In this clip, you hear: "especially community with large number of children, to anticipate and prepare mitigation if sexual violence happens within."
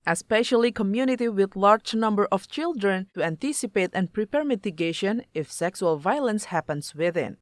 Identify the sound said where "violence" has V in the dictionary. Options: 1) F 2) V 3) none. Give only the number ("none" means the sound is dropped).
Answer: 2